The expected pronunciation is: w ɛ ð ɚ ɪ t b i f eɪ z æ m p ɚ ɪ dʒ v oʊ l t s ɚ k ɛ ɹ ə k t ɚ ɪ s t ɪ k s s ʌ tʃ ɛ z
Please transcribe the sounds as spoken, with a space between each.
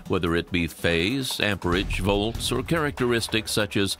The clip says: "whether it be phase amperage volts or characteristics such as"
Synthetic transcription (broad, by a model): w ɛ ð ɚ ɪ t b i f eɪ z æ m p ɚ ɪ dʒ v oʊ l t s ɚ k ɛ ɹ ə k t ɚ ɪ s t ɪ k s s ʌ tʃ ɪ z